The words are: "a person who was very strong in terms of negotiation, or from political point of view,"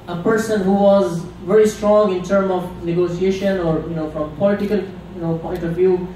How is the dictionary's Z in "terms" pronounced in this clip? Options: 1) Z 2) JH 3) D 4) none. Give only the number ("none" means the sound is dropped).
4